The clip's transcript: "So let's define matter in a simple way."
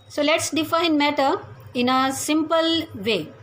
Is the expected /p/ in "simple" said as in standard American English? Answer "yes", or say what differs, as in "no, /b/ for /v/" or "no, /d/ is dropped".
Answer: yes